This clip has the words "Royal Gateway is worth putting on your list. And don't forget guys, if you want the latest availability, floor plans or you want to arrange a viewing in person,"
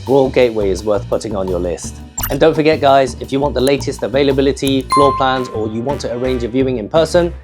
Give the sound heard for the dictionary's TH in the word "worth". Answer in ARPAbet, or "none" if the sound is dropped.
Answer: TH